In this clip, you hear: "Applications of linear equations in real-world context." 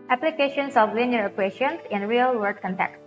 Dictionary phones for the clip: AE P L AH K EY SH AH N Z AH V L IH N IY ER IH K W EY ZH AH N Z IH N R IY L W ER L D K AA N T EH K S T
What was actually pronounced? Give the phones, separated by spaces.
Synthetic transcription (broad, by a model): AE P L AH K EY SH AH N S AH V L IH N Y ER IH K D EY SH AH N S IH N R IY L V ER D K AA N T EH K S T